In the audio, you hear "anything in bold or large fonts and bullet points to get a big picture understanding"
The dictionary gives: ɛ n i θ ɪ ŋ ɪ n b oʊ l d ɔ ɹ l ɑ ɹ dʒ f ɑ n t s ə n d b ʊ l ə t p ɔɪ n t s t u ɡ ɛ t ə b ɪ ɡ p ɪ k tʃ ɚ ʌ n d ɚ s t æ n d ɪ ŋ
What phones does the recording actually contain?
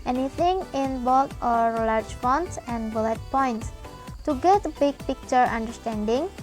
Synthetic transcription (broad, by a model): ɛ n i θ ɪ ŋ ɪ n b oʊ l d ɔ ɹ l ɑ ɹ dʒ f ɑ n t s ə n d b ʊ l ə t p ɔɪ n t s t u ɡ ɛ t ə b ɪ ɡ p ɪ k tʃ ɚ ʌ n d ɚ s t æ n d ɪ ŋ